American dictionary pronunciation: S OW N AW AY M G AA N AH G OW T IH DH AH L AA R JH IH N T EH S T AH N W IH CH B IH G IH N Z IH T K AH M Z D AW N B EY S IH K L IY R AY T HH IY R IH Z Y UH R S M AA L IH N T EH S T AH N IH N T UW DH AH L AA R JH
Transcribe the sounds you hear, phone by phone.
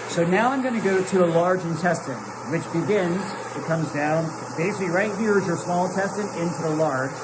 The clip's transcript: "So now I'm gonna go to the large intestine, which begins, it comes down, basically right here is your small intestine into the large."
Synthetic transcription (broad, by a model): S OW N AW AY M G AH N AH G OW T IH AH L AA R JH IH N T EH S T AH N W IH CH B IH G IH N Z IH T K AH M Z D AW N B EY S IH K L IY R AY T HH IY R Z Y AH R S M AA L T EH S T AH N IH N T UW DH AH L AA R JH